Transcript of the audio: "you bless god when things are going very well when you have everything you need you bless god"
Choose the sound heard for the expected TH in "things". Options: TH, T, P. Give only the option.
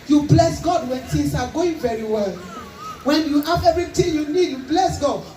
T